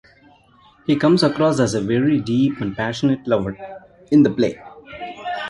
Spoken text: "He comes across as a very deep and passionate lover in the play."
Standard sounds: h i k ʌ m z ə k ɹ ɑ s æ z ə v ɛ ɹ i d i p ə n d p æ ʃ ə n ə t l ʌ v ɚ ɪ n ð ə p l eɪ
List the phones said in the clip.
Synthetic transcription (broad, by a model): h i k ʌ m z ə k ɹ ɑ s æ z ə v ɛ ɹ i d i p ə n d p æ ʃ ə n ə t l ʌ v ɚ ɪ n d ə p l eɪ